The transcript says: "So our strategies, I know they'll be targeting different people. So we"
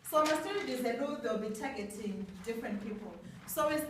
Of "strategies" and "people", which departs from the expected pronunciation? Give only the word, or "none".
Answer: strategies